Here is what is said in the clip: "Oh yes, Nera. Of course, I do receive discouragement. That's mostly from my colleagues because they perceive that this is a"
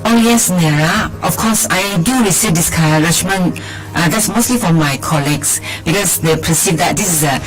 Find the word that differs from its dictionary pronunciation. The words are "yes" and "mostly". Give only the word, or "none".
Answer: none